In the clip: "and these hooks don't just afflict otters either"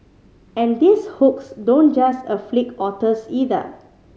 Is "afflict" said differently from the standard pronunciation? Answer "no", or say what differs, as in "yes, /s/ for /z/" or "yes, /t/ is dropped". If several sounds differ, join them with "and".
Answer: yes, /t/ is dropped